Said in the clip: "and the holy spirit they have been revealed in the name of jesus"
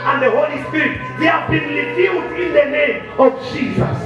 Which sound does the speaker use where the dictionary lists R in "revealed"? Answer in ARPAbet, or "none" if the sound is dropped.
L